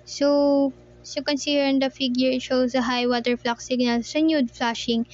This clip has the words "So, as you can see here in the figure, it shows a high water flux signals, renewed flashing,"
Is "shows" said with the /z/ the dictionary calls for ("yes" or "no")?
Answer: no